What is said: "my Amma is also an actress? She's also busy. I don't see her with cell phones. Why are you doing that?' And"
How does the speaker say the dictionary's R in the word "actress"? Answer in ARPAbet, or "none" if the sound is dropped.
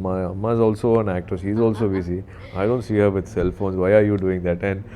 none